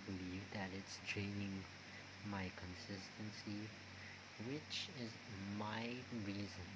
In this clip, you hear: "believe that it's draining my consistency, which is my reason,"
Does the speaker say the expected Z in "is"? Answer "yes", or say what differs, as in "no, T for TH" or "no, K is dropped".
yes